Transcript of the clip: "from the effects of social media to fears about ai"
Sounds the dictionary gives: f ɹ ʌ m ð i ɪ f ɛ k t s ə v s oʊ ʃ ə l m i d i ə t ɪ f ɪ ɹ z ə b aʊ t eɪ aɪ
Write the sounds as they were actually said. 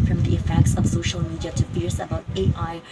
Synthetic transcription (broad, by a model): f ɹ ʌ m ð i ɪ f ɛ k t s ə v s oʊ ʃ ə l m i d i ə t ɪ p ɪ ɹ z ə b aʊ t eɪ aɪ